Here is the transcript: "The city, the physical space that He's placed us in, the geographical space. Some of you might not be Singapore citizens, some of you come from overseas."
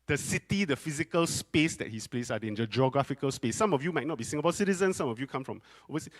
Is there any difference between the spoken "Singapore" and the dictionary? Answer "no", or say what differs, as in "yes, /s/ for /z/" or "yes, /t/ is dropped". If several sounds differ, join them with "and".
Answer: yes, /b/ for /p/